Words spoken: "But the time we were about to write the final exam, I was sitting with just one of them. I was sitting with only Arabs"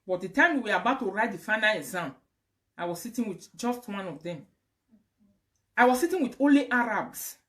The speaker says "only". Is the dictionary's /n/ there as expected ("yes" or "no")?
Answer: no